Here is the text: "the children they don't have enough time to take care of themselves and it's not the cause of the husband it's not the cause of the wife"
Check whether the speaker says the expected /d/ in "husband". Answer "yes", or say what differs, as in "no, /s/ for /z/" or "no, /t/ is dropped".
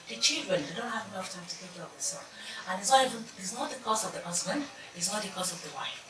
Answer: yes